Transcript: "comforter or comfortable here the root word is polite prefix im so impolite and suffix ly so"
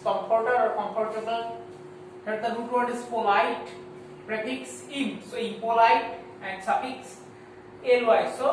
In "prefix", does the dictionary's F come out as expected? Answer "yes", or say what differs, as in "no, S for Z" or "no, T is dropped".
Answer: no, P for F